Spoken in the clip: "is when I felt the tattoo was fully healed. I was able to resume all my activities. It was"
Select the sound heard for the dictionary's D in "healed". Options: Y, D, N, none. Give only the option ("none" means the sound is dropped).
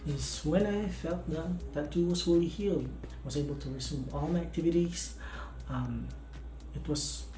none